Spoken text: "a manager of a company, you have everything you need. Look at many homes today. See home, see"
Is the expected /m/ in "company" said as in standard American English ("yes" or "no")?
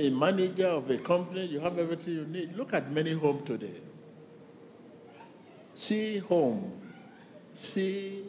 yes